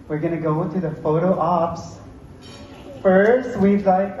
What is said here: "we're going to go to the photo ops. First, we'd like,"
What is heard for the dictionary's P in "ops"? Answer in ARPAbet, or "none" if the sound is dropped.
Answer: P